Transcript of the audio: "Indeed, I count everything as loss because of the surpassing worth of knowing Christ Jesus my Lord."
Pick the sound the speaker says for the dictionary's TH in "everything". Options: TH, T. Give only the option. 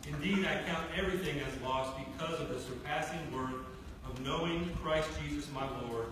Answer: TH